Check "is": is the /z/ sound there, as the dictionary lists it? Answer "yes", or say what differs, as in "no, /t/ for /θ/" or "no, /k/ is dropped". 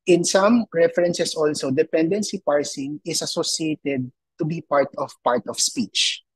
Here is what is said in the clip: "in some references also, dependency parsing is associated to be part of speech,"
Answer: no, /s/ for /z/